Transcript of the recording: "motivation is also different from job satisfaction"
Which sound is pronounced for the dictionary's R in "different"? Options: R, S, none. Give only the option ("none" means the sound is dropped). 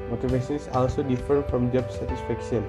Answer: none